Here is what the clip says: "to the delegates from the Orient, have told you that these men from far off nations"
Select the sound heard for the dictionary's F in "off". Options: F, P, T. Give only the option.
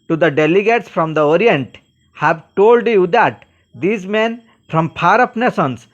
P